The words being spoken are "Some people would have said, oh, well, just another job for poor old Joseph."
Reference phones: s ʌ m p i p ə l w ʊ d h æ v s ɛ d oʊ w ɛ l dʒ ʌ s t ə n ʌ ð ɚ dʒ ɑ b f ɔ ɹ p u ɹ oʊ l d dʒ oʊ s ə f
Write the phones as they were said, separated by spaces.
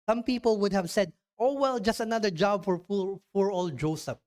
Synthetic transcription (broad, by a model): s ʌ m p i p ə l w ʊ d h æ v s ɛ d oʊ w ɛ l dʒ ʌ s t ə n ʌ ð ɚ dʒ ɑ b f ɔ ɹ f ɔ ɹ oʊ l dʒ oʊ s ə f